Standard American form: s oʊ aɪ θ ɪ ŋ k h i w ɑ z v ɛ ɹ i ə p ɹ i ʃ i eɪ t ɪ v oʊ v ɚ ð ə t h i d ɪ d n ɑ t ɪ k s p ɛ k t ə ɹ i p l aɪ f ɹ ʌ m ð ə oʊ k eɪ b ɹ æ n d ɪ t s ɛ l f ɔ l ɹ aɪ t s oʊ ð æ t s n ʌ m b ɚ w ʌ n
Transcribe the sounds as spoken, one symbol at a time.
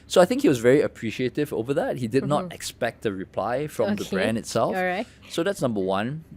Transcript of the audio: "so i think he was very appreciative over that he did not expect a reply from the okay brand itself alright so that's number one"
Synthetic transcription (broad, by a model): s oʊ aɪ θ ɪ ŋ k h i w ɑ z v ɛ ɹ i ə p ɹ i ʃ i eɪ t ɪ v oʊ v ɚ ð ə t h i d ɪ d n ɑ t ɪ k s p ɛ k t ə ɹ i p l aɪ f ɹ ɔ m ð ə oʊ b ɹ æ n d ɪ t s ɛ l f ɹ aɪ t s oʊ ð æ t s n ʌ m b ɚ w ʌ n